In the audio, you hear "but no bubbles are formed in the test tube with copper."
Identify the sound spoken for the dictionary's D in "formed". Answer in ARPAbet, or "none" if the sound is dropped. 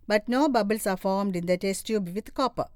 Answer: D